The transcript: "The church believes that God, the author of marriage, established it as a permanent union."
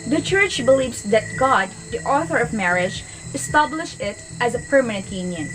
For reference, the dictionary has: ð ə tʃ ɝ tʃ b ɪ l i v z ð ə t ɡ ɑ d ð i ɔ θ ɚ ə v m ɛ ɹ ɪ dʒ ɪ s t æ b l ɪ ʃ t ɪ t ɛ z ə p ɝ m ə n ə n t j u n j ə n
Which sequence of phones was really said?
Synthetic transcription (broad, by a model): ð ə tʃ ɝ tʃ b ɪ l i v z ð ə t ɡ ɑ d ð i ɔ θ ɚ ə v m ɛ ɹ ɪ dʒ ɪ s t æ b l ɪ ʃ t ɪ t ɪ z ə p ɝ m ə n ə n t j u n j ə n